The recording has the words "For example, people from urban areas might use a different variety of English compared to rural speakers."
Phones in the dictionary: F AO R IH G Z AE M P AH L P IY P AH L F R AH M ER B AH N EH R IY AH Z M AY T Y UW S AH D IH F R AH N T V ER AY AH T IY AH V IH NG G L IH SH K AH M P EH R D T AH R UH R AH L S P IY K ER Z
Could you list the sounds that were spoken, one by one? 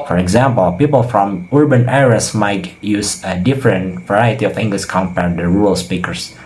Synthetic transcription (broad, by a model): F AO R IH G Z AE M P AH L P IY P AH L F R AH M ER B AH N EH R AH S M AY T Y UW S AH D IH F R AH N T V ER AY AH T IY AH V IH NG G L IH SH K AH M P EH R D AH R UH R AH L S P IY K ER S